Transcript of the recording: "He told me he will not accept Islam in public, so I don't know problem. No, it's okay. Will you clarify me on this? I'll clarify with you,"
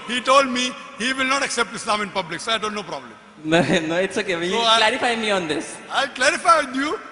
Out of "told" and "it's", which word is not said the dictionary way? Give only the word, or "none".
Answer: none